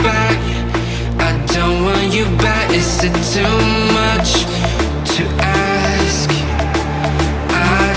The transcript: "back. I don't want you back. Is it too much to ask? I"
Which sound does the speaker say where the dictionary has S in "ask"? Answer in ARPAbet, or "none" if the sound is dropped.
S